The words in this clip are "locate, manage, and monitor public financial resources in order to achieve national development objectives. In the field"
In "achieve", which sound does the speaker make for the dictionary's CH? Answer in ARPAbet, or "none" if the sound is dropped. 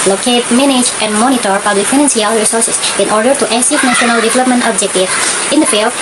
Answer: S